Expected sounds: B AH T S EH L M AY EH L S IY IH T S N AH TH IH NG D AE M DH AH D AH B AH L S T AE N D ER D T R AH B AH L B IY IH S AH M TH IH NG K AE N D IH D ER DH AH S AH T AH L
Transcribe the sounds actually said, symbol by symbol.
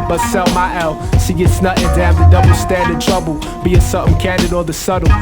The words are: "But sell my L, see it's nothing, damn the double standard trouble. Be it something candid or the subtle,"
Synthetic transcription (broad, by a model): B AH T S EH L M AY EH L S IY IH T S N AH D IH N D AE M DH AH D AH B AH S T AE N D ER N T R AH B AH L B IY IH S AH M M K AE N D IH D ER DH AH S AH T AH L